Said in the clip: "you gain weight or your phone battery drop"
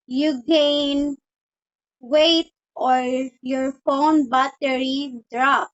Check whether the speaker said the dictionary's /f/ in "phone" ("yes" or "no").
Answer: yes